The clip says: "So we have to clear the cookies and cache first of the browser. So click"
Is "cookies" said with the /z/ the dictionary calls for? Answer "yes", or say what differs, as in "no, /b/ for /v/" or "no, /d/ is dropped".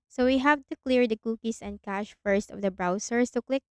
no, /s/ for /z/